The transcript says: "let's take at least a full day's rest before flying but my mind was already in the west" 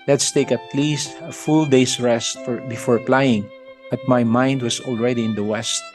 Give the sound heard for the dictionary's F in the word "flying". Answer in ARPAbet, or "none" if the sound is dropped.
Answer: P